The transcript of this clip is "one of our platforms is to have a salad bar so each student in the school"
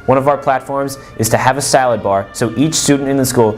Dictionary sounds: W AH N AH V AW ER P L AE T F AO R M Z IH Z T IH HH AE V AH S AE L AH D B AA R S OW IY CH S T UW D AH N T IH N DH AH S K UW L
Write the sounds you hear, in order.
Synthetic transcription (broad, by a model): W AH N AH V AW ER P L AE T F AO R M Z IH Z T IH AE V AH S AE L AH D B AA R S OW IY CH S T UW D N T IH N DH AH S K UW L